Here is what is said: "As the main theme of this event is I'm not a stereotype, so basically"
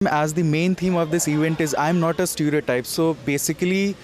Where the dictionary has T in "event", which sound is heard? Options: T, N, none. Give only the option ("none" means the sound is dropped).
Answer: T